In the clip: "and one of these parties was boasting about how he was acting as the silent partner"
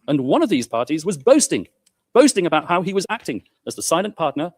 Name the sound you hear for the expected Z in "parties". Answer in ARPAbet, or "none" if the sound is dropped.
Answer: Z